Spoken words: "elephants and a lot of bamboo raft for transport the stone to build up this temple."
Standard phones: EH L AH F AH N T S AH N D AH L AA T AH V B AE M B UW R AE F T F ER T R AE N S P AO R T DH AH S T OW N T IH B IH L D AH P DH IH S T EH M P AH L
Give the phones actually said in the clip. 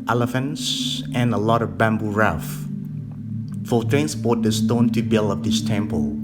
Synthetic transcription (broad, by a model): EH L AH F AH N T S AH N AH L AA T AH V B AE M B UW R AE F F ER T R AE N S P AO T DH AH S T OW N T IH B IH L AH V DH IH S T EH M P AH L